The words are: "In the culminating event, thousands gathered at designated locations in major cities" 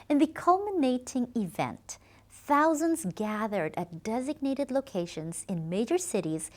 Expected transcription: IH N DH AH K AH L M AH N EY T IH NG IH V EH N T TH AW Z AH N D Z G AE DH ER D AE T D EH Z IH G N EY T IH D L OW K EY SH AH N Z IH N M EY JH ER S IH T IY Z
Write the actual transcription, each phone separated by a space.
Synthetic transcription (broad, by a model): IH N DH AH K AH L M AH N EY T IH NG IH V EH N T TH AW Z AH N D Z G AE DH ER D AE T D EH Z IH G N EY T IH D L OW K EY SH AH N Z IH N M EY JH ER S IH T IY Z